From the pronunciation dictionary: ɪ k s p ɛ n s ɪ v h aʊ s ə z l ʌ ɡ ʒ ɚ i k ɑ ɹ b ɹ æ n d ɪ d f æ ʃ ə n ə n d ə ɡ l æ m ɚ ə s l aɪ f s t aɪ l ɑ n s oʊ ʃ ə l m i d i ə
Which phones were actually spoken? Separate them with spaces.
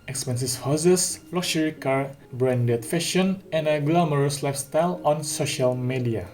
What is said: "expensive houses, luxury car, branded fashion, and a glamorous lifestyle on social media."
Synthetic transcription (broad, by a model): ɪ k s p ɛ n s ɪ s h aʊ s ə s l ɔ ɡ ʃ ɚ i k ɑ ɹ b ɹ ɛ n d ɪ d f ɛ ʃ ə n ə n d ə ɡ l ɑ m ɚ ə s l aɪ f s t aɪ l ɑ n s oʊ ʃ ə l m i d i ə